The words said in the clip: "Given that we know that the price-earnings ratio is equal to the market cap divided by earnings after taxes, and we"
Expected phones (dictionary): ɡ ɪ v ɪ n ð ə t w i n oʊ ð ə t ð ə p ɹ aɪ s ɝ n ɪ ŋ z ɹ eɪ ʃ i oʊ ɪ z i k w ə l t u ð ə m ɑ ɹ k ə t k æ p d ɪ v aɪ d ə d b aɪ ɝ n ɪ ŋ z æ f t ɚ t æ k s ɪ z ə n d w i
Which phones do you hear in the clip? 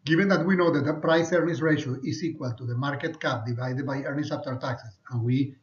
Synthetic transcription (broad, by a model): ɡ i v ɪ n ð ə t w i n oʊ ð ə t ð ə p ɹ aɪ s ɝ n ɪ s ɹ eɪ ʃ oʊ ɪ s i k w ə l t u ð ə m ɑ ɹ k ə t k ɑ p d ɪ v aɪ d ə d b aɪ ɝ n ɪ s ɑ p t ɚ t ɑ k s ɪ s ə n w i